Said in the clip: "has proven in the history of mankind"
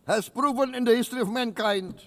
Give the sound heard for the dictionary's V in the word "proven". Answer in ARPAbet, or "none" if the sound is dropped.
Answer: V